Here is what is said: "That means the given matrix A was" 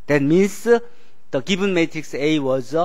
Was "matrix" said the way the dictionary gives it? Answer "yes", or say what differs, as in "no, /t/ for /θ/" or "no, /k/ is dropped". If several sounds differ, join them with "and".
yes